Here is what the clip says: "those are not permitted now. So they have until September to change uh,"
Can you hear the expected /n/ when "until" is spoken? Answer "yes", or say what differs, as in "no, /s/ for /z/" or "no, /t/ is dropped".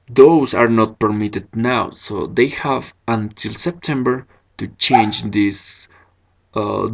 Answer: yes